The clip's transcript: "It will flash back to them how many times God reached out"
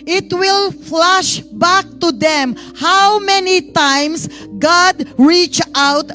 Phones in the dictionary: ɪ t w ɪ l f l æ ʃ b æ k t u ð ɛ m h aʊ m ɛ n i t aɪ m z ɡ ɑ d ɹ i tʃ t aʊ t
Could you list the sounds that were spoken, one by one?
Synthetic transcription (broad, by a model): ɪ t w ɪ l f l æ ʃ b æ k t u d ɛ m h aʊ m ɛ n i t aɪ m s ɡ ɑ d ɹ i tʃ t aʊ t